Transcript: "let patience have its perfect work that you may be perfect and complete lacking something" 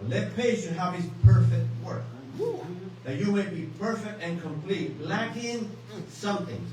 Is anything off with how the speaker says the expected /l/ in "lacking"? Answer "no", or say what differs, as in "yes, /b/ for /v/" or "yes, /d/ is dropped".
no